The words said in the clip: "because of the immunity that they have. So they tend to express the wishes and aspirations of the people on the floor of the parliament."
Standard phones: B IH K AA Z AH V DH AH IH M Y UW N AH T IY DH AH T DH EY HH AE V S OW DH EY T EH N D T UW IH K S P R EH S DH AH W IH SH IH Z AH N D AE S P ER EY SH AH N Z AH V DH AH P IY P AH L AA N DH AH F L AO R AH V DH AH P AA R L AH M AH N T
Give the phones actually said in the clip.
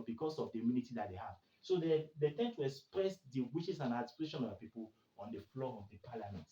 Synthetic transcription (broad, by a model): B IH K AA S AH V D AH IH M Y UW N AH T IY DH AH T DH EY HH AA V S OW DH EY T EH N T UW IH K S P R EH S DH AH W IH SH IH S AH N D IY P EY SH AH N AH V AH P IY P AH L AA N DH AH F L AO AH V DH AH P AA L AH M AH N T